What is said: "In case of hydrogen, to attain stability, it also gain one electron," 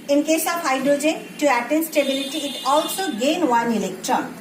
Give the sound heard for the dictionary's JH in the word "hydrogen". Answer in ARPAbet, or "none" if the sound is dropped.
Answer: JH